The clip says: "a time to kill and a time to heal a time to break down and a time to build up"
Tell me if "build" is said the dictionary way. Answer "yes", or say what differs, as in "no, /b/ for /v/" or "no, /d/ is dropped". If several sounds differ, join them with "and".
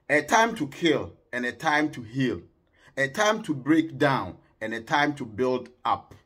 yes